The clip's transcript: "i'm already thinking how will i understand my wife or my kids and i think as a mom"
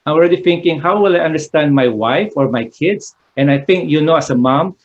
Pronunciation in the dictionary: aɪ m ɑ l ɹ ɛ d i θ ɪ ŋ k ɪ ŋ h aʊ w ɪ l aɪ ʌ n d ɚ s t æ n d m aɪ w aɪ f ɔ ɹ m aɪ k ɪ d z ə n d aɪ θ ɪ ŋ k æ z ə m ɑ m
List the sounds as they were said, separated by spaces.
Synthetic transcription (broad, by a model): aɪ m ɑ l ɹ ɛ d i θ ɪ ŋ k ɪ ŋ h aʊ w ɪ l aɪ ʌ n d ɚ s t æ n d m aɪ w aɪ f ɔ ɹ m aɪ k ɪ d s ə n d aɪ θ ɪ ŋ k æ s ə m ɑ m